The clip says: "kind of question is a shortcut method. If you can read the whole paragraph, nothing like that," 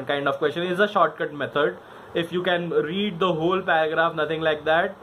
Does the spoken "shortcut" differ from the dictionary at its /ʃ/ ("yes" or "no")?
no